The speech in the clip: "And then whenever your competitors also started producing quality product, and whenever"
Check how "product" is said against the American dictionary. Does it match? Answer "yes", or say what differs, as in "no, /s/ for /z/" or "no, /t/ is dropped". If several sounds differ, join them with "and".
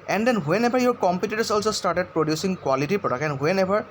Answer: no, /t/ is dropped